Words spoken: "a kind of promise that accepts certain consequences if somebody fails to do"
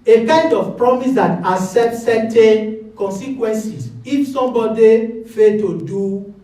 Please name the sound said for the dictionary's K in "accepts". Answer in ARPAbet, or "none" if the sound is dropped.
none